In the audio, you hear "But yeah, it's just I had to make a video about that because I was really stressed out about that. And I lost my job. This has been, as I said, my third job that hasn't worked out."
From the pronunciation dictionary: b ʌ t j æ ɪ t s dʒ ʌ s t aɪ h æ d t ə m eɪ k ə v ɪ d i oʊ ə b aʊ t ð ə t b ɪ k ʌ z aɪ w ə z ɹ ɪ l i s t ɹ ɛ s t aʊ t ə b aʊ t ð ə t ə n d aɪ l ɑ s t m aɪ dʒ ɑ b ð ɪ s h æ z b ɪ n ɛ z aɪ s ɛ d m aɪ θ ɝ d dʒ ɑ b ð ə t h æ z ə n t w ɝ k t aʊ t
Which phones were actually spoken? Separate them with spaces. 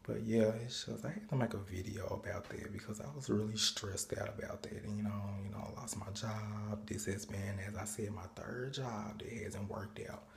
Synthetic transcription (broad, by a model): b ʌ t j æ ɪ t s dʒ ʌ s t aɪ h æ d t ə m eɪ k ə v ɪ d i oʊ ə b aʊ t ð ə t b ɪ k ʌ z aɪ w ə z ɹ ɪ l i s t ɹ ɛ s t aʊ t ə b aʊ t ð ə t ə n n aɪ l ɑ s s m aɪ dʒ ɑ b ð ɪ s h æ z b ɪ n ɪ z aɪ s ɛ d m aɪ θ ɝ d dʒ ɑ b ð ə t h æ z ə n t w ɝ k t aʊ t